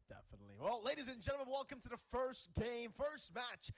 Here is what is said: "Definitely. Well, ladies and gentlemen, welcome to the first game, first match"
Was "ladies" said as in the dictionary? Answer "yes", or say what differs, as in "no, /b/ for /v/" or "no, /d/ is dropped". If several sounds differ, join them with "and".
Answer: yes